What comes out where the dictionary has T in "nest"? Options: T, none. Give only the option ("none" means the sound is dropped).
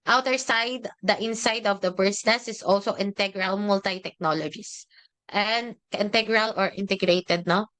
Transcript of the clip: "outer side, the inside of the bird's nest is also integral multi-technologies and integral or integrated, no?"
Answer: none